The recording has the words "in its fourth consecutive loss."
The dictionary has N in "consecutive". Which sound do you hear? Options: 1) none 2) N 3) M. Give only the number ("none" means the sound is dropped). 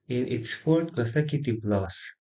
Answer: 1